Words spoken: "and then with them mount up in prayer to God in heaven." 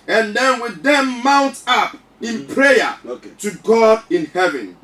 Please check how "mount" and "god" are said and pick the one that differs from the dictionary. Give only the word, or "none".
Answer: none